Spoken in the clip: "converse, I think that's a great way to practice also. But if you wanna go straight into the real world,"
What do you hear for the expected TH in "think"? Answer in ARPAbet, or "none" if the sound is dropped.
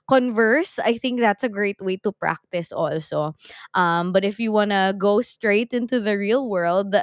TH